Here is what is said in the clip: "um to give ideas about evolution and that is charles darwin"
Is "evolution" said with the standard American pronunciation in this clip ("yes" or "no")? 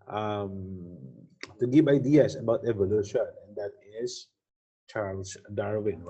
yes